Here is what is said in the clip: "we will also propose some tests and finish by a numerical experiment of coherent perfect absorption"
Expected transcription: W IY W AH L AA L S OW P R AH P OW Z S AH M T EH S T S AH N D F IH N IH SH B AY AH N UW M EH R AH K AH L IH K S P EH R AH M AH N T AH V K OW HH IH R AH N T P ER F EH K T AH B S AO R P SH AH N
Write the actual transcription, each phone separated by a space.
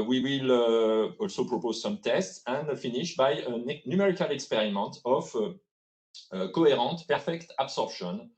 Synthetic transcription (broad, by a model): W IY W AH L AA L S OW P R AH P OW Z S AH M T EH S T S AH N D F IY N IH SH B AY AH N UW M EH R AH K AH L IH K S P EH R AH M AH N T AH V K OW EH R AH T P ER F EH K T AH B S AO R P SH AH N